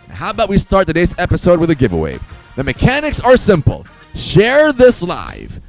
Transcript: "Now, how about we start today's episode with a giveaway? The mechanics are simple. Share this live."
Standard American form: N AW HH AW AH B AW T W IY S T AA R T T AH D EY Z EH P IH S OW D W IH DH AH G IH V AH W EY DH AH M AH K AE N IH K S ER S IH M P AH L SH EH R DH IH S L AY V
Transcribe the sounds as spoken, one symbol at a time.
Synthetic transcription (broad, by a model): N HH AW AH B AW T W IY S T AA R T T AH D EY Z EH P IH S OW D W IH DH AH G IH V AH W EY DH AH M AH K AE N IH K S ER S IH M P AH L SH EH R DH IH S L AY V